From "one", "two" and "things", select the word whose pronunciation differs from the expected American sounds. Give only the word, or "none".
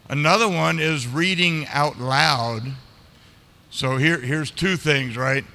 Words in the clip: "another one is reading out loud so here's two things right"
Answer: none